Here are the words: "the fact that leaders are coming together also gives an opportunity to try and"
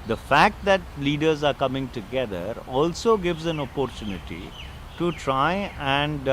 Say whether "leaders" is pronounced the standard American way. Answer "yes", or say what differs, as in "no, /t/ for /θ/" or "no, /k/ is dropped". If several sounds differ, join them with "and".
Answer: yes